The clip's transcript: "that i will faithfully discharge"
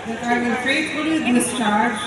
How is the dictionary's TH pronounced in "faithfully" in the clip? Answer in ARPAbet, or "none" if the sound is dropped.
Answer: T